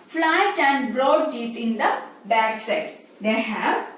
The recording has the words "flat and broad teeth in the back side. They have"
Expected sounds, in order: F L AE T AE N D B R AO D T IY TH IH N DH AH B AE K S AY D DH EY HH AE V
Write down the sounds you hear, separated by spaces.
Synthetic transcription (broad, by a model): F L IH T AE N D B R AO D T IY T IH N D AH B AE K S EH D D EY HH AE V